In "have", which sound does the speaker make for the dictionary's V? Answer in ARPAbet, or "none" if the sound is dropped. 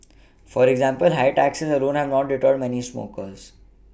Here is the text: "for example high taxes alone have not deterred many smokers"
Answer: V